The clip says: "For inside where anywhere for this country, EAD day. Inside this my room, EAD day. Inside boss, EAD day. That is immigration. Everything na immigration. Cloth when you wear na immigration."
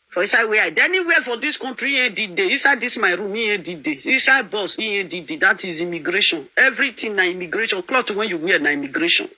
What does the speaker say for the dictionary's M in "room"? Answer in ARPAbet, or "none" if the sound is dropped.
M